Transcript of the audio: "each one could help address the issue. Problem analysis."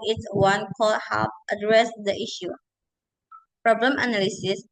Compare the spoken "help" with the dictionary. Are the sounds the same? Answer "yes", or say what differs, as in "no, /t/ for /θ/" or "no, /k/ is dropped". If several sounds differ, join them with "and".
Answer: no, /l/ is dropped